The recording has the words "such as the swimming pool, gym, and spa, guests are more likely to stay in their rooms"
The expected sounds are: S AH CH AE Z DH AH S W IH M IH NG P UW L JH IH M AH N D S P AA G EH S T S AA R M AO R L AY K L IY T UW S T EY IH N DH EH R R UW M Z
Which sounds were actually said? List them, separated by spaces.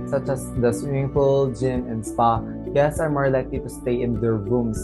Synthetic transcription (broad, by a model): S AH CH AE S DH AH S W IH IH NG F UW L JH IH M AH N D S P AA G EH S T S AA R M AO R L AY K L IY T UW S T EY IH N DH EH R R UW M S